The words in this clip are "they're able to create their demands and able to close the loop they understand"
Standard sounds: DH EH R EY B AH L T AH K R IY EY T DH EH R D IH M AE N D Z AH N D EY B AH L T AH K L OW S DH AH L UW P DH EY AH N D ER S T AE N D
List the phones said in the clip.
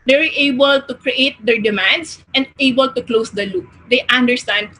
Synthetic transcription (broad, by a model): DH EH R EY B AH L T AH K R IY EY T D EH R D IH M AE N D S AH N D EY B AH L T AH K L OW S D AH L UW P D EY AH N D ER S T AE N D